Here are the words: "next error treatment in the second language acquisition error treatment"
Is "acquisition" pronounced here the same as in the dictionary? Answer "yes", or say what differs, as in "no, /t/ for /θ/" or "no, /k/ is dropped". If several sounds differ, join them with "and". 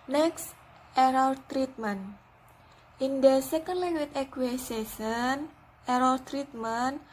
no, /s/ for /z/ and /s/ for /ʃ/